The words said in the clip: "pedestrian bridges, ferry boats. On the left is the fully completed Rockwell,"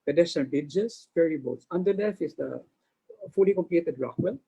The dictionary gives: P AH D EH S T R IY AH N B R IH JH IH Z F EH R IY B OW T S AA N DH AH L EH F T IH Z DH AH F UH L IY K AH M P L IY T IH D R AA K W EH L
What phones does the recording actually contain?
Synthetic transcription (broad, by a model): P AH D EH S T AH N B IH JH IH S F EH R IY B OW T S AA N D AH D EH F IH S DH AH F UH L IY K AH M P L IY T IH D R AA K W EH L